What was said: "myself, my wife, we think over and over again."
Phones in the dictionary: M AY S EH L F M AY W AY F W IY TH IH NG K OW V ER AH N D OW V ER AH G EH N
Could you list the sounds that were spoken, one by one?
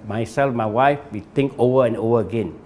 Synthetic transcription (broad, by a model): M AY S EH L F M AY W AY F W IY T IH NG K OW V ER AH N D OW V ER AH G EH N